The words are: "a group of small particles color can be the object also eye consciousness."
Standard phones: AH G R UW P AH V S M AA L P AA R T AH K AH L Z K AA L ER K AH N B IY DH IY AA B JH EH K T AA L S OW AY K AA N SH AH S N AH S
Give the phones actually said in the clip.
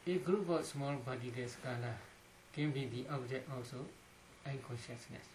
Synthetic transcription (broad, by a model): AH G R UW P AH S M AA L B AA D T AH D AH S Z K AA L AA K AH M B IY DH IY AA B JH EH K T AA L S OW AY K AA N SH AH S N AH S